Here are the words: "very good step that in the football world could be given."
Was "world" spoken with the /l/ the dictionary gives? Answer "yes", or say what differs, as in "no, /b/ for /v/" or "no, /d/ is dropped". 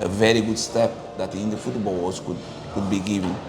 no, /l/ is dropped